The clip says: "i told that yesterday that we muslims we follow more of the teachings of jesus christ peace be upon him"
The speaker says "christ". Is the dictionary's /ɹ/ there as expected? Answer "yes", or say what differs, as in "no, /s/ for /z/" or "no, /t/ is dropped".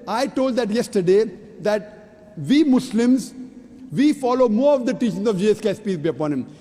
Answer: no, /ɹ/ is dropped